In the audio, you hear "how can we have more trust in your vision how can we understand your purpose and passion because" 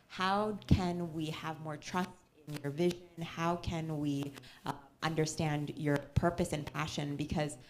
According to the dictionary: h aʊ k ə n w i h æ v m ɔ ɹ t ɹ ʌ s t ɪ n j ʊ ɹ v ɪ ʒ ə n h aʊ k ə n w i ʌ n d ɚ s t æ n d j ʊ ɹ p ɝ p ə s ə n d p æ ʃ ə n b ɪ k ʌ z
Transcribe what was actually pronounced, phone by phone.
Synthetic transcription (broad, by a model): h aʊ k ə n w i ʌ v m ɔ ɹ t ɹ ʌ s t ɪ n j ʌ ɹ v ɪ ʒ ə n h aʊ k ə n w i ʌ n d ɚ s t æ n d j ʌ ɹ p ɝ p ə s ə n p æ ʃ ə n b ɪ k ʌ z